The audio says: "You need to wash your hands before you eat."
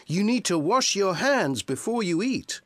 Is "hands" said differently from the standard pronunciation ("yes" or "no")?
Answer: no